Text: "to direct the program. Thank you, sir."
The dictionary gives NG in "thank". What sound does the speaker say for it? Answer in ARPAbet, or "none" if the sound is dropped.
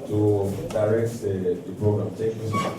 none